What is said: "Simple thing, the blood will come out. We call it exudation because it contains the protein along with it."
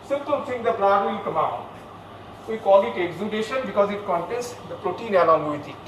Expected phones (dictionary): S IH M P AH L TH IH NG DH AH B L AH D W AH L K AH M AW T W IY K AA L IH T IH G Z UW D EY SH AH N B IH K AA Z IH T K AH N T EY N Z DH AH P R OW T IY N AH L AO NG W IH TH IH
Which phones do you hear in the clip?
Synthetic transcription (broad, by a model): S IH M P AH L S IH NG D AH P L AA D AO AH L K AH M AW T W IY K AA L IH T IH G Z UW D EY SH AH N B IH K AA Z IH T K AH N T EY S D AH P R OW T IY N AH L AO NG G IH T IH